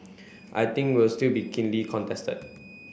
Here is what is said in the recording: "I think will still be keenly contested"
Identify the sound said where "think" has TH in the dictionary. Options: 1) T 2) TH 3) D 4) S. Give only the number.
1